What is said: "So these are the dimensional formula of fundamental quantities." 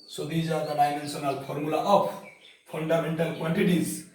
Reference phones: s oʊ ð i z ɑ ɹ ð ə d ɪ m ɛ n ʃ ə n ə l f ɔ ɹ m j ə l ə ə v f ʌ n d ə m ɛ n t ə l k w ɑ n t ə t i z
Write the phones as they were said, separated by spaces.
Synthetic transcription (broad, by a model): s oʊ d i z ɑ ɹ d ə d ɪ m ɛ n s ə n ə l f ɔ ɹ m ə l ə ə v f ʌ n d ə m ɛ n t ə l k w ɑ n t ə t i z